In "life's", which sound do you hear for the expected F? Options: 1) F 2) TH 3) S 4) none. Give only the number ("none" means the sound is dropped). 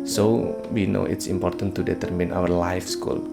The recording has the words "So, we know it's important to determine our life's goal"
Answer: 1